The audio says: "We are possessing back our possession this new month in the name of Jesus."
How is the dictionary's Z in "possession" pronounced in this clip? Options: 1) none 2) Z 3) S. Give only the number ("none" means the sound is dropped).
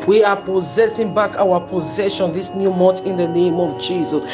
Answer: 2